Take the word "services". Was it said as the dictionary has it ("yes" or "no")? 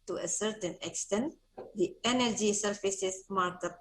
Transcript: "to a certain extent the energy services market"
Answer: no